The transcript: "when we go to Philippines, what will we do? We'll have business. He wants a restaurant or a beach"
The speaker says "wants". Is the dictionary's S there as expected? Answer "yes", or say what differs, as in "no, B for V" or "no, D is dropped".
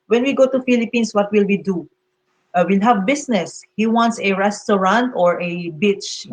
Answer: yes